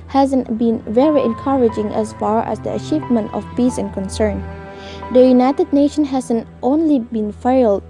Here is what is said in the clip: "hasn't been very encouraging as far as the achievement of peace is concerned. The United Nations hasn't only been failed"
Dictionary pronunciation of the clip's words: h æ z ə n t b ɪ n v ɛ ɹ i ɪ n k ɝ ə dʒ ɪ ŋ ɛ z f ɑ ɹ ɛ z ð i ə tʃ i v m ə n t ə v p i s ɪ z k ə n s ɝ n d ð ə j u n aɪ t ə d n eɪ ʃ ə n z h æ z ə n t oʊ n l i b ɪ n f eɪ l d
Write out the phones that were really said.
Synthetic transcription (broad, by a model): h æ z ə n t b ɪ n v ɛ ɹ i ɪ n k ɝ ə dʒ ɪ ŋ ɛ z f ɑ ɹ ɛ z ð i ə tʃ i v m ə n t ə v p i s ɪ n k ə n s ɝ n d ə j u n aɪ t ə d n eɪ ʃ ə n h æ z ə n t oʊ n l i b ɪ n f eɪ l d